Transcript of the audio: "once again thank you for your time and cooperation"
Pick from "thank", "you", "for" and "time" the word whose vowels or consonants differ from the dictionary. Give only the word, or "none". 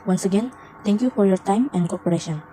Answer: thank